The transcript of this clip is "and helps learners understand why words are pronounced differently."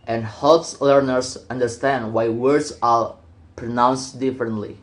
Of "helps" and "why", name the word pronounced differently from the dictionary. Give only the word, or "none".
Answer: none